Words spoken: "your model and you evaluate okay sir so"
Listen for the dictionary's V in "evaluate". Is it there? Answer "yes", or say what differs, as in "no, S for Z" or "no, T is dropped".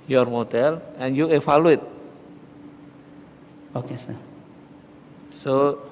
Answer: no, F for V